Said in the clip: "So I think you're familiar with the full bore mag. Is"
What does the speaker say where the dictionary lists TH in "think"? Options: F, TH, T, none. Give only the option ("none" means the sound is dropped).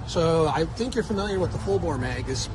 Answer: TH